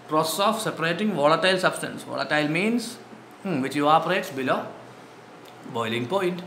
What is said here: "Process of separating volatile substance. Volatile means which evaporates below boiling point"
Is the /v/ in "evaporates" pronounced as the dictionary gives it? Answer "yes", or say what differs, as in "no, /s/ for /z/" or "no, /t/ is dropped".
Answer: no, /v/ is dropped